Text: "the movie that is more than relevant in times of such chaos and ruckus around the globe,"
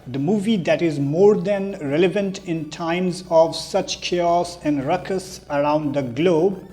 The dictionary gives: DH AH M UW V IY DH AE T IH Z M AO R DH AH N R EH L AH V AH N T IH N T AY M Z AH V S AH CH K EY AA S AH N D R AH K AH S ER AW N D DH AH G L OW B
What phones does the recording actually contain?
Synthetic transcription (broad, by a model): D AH M UW V IY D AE T IH Z M AO R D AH N R EH L AH V AH N T IH N T AY M Z AH V S AH CH K EY AA S AH N D R AH K AH S ER AW N D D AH G L OW B